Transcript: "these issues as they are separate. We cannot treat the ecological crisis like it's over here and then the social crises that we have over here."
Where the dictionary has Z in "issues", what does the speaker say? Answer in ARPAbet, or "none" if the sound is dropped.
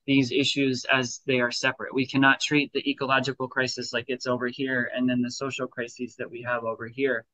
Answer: Z